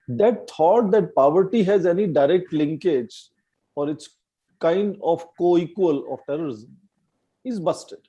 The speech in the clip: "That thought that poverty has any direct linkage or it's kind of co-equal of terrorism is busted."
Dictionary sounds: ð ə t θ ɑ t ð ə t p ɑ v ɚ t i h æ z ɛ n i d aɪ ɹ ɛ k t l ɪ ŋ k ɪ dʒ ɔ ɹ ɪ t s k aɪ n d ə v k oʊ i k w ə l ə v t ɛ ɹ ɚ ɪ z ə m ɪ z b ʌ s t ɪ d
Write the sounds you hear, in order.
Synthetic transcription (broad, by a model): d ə t t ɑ t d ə t p ɑ v ɚ t i h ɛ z ɛ n i d aɪ ɹ ɛ k t l ɪ ŋ k ɪ dʒ ɔ ɹ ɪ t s k aɪ n d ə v k oʊ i k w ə l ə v t ɛ ɹ ɚ ɪ z ə m ɪ z b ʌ s t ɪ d